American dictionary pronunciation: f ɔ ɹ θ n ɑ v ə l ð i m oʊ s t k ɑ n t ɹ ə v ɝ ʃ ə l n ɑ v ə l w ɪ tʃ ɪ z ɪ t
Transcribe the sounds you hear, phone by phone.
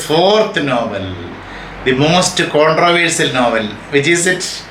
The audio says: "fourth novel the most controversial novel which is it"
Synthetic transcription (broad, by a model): f ɔ ɹ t n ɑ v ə l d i m oʊ s t k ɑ n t ɹ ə v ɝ s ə l n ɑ v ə l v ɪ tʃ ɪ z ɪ t